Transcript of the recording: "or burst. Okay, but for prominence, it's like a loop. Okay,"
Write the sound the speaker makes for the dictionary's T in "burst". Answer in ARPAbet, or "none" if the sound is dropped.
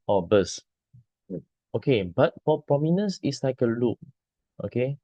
none